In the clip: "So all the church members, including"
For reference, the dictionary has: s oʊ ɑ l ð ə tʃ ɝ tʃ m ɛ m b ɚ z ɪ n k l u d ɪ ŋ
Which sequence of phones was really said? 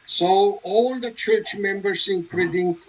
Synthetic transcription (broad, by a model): s oʊ ɑ l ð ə tʃ ɝ tʃ m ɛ m b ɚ s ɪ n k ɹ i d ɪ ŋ